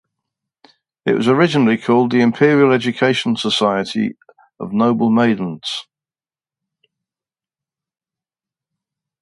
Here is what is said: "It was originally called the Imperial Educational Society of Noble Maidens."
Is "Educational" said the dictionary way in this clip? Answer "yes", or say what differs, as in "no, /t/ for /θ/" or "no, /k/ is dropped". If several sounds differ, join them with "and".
no, /n/ is dropped and /n/ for /l/